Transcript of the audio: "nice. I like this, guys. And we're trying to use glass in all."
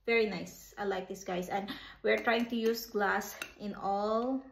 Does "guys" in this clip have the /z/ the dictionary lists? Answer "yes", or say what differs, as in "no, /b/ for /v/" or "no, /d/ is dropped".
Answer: no, /s/ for /z/